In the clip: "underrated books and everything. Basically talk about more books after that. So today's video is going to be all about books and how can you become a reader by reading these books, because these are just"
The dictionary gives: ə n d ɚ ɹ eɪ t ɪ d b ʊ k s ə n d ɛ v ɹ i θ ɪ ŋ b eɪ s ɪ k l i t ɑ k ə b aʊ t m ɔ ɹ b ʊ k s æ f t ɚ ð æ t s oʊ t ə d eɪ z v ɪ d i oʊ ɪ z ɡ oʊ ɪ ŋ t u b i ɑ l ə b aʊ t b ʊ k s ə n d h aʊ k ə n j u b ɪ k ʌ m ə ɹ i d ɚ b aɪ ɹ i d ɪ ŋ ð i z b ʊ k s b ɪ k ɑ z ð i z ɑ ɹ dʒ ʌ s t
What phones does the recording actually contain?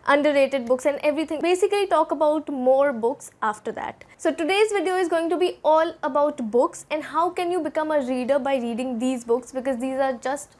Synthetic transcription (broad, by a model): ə n d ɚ ɹ eɪ t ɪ d b ʊ k s ə n d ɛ v ɹ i t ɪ ŋ b eɪ s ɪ k l i t ɑ k ə b aʊ t m ɔ ɹ b ʊ k s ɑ f t ɚ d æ t s oʊ t ə d eɪ z v ɪ d i oʊ ɪ z ɡ oʊ ɪ ŋ t u b i ɑ l ə b aʊ t b ʊ k s ə n d h aʊ k ə n j u b ɪ k ʌ m ə ɹ i d ɚ b aɪ ɹ i d ɪ ŋ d i z b ʊ k s b ɪ k ɑ z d i z ɑ ɹ dʒ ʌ s t